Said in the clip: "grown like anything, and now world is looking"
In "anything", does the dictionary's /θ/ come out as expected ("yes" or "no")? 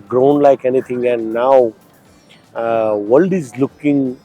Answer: no